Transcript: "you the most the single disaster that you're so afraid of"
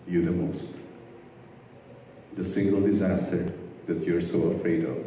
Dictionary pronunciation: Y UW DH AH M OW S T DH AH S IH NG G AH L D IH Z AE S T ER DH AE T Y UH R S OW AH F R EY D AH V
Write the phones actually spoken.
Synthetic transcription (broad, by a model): Y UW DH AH M OW S T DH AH S IH NG G AH L D IH Z AE S T ER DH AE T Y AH R S OW AH F R EY D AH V